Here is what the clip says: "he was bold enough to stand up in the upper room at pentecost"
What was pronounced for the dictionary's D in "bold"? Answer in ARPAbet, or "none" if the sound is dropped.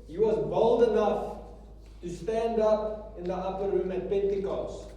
D